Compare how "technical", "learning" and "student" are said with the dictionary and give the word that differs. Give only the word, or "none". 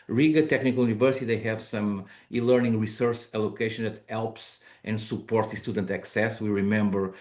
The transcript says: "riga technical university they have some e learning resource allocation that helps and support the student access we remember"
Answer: none